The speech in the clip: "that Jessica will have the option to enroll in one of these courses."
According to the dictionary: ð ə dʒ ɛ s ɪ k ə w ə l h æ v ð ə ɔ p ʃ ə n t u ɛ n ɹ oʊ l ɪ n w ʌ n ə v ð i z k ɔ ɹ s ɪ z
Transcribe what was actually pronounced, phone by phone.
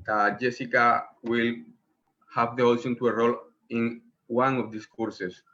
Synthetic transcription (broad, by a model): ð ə dʒ ɛ s ɪ k ə w ə l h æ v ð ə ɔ ʃ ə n t u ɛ ɹ oʊ l ɪ n w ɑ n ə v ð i s k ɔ ɹ s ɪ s